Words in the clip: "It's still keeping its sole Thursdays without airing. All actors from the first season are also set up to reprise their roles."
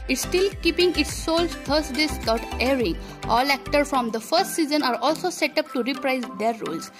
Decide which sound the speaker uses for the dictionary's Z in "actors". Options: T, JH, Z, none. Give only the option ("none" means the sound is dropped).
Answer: none